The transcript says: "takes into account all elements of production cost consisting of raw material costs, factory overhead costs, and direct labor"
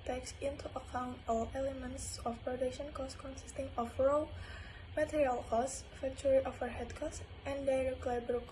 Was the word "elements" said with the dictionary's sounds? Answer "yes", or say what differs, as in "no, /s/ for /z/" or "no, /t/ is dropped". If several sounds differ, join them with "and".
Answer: yes